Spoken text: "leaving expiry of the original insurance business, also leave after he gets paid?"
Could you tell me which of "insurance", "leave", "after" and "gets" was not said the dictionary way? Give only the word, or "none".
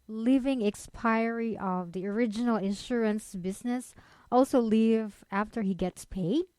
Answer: none